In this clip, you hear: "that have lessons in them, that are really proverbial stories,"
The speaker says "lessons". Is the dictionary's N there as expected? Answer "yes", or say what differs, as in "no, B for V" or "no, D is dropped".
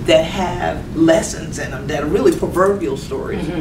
yes